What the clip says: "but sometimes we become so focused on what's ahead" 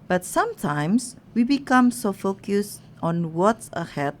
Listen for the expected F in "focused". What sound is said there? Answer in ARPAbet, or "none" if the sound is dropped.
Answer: F